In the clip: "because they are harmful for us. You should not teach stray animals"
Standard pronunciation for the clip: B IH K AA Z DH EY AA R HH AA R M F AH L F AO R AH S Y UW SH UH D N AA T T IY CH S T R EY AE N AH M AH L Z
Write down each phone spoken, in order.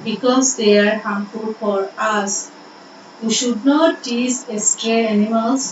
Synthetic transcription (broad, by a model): B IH K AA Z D EY AA R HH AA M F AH L F AO R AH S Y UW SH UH D N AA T S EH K S T R EY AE N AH M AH L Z